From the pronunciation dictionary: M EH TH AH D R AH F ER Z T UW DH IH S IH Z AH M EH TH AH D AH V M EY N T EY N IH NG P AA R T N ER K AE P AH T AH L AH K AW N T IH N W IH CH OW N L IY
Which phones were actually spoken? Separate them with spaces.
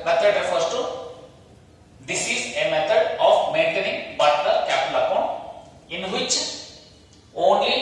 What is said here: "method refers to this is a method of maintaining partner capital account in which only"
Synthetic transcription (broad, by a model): M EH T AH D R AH F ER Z T UW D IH S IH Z AH M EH T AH D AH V M EY N T EY N IH NG B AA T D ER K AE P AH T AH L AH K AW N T IH N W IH CH OW N L IY